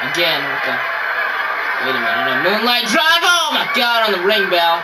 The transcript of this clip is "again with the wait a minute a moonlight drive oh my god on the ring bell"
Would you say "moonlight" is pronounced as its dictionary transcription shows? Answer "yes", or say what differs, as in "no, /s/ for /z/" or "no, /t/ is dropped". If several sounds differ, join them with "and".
yes